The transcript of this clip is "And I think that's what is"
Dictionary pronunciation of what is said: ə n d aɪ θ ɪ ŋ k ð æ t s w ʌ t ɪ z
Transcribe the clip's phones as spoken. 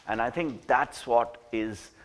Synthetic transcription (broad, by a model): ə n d aɪ t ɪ ŋ k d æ t s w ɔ t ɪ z